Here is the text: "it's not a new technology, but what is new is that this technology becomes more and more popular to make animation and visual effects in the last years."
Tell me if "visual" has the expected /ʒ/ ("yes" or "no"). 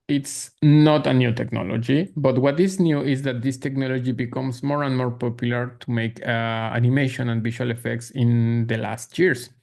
no